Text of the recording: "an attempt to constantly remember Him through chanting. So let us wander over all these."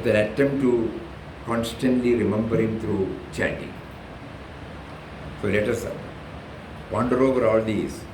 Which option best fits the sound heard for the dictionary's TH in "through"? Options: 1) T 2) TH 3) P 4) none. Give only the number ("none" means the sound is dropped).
1